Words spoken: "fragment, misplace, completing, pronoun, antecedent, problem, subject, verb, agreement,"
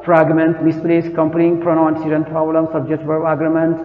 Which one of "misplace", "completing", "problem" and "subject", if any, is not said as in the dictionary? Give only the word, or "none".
completing